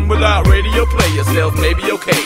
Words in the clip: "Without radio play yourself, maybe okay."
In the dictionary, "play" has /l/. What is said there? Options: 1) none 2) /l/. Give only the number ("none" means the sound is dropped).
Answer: 2